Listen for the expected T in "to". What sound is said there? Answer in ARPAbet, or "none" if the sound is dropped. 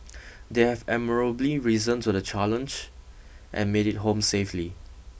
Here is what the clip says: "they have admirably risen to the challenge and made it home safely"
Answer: S